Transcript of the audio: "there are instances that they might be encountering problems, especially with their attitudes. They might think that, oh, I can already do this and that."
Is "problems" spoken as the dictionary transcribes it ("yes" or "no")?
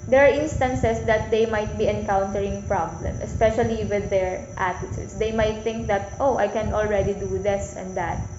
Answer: no